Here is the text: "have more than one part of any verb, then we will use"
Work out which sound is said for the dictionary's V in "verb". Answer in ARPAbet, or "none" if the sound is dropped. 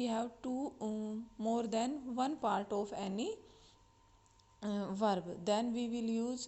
V